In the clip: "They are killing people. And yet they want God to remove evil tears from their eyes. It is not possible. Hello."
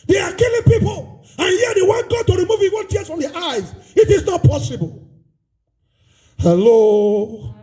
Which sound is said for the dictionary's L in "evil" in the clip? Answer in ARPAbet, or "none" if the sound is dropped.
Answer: N